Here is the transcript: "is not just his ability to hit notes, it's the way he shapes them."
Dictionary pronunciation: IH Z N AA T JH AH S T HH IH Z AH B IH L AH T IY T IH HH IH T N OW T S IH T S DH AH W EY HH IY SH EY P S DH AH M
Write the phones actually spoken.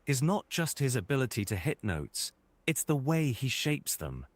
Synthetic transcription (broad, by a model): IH Z N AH T JH AH S T HH IH Z AH B IH L AH T IY T IH HH IH T N OW T S IH T S DH AH W EY IY SH EY P S DH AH M